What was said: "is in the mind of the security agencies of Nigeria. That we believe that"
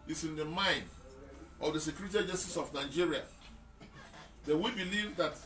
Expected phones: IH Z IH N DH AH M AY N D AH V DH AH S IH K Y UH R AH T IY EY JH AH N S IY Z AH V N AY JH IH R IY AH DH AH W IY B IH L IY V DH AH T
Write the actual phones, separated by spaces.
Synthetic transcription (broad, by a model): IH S IH N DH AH M AY N D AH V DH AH S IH K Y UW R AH T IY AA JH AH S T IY S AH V N AY JH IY R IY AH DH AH W IY B IH L IY V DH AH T